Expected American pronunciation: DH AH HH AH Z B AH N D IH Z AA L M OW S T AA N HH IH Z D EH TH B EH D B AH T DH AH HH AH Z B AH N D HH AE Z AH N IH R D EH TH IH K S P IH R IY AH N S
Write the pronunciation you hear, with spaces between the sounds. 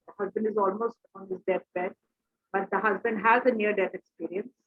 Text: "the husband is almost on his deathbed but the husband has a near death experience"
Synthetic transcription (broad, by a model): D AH HH AH Z B AH N D IH Z AA L M OW S T AA N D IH S D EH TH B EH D B AH T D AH HH AH Z B AH N D HH AE Z AH N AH R D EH T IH K S P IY R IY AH N S